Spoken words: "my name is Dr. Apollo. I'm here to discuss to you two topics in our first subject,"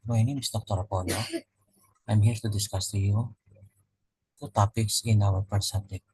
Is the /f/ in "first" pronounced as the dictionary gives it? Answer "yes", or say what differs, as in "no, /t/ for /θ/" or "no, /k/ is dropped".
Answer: no, /p/ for /f/